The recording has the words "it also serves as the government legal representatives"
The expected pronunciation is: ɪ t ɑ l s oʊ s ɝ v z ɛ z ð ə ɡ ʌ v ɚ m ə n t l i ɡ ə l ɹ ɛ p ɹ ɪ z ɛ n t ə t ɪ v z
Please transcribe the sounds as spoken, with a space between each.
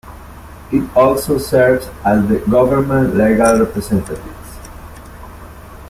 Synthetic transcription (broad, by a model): ɪ t ɑ l s oʊ s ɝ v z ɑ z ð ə ɡ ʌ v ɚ m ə n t l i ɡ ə l ɹ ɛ p ɹ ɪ s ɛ n t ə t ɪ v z